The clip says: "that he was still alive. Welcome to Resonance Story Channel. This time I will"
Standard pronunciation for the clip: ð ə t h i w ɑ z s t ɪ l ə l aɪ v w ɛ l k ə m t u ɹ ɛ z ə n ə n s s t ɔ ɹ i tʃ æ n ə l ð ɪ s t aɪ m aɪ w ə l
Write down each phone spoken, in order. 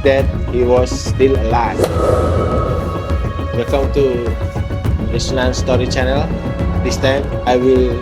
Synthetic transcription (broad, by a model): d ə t h i w ɑ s t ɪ l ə l aɪ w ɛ k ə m t u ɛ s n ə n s s t ɔ ɹ i tʃ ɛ n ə l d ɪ s t aɪ m aɪ w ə l